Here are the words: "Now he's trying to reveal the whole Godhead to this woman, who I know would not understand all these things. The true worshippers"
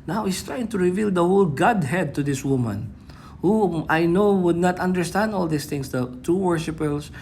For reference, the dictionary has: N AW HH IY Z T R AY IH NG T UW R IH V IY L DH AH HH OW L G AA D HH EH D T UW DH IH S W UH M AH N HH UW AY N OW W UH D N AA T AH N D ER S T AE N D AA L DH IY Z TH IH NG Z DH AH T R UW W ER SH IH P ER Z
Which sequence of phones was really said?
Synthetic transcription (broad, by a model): N AW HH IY S T R AY IH NG T UW R IH V IY L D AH HH OW L G AA D HH EH D T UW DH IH S W UH M AH N HH UW AY N OW W UH D N AA T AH N D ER S T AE N D AA L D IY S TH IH NG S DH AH T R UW W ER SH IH P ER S